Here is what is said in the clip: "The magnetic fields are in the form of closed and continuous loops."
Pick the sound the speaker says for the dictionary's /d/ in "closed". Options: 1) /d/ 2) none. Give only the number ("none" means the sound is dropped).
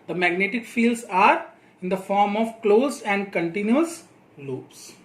2